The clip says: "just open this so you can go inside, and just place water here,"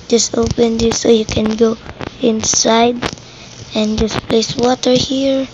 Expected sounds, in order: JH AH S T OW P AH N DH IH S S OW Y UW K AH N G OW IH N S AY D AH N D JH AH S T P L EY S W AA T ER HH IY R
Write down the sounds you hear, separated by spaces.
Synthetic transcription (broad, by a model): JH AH S T OW P AH N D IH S S OW Y UW K AH N G OW IH N S AY D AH N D JH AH S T P L EY S W AA T ER HH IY R